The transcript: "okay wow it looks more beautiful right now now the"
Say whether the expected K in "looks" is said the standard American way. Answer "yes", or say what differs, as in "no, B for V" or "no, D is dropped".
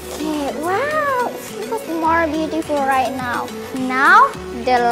no, K is dropped